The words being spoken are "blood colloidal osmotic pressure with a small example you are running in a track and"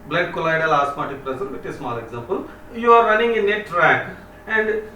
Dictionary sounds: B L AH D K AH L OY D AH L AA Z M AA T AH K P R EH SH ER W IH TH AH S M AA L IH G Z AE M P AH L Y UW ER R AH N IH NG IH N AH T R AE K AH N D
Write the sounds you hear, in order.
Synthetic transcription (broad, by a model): B L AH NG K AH L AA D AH L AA S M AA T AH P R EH S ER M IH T AH S M AA L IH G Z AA M P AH L Y UW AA R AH N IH NG IH N AH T R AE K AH N D